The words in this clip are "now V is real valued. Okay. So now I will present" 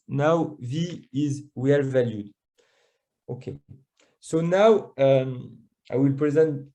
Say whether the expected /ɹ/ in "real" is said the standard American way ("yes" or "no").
no